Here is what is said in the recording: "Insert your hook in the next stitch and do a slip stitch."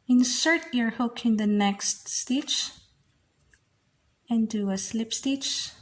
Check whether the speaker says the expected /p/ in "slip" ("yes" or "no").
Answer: yes